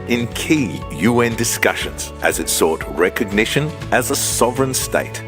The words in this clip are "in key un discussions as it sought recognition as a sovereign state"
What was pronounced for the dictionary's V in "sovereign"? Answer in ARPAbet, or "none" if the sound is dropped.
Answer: V